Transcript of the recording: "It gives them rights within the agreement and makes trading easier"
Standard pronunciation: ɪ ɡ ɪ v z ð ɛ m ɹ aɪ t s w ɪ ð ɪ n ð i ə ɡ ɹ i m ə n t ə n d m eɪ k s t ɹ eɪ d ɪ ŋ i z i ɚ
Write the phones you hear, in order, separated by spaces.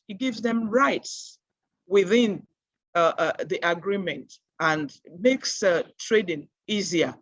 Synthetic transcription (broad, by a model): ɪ ɡ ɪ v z ð ɛ m ɹ aɪ t s w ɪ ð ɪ n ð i ə ɡ ɹ i m ə n t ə n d m eɪ k s t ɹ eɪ d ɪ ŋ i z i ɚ